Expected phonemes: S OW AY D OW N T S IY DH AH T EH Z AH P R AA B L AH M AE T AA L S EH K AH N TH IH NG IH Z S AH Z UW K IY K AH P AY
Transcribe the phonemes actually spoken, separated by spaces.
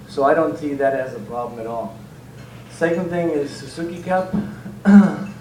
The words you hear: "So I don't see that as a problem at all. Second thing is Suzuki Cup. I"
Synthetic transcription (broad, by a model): S OW AY D OW N T S IY DH AH T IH Z AH P R AA B L AH M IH T AA L S EH K AH N TH IH NG IH Z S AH S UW K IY K AH P